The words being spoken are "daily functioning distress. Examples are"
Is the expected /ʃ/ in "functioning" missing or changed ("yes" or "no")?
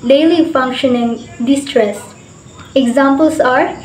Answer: no